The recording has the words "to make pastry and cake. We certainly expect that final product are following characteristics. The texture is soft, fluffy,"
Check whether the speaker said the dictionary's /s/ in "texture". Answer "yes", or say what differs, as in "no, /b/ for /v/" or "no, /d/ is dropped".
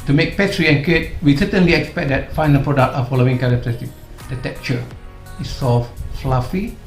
no, /s/ is dropped